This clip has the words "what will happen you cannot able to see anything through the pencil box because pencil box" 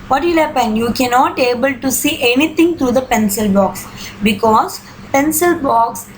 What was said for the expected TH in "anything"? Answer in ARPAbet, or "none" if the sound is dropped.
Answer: T